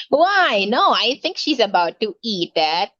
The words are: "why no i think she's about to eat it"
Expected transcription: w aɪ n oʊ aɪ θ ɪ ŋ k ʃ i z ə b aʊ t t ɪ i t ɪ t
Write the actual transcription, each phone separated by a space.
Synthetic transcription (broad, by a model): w aɪ n oʊ aɪ θ ɪ ŋ k ʃ i z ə b aʊ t t ɪ i t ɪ t